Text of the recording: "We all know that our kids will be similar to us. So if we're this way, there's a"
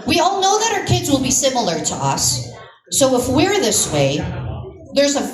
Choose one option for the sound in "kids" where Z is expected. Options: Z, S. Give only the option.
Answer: Z